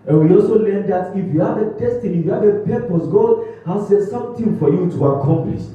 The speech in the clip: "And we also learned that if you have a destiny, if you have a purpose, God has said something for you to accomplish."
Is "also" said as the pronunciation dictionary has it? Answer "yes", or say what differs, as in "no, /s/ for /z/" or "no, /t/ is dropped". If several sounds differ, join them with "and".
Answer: yes